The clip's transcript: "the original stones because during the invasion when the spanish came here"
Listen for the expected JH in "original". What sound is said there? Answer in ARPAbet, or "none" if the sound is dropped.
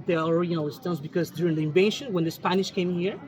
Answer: none